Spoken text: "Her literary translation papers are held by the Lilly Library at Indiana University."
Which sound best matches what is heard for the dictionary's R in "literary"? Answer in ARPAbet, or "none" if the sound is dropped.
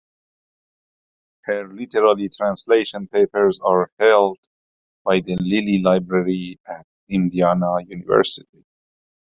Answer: L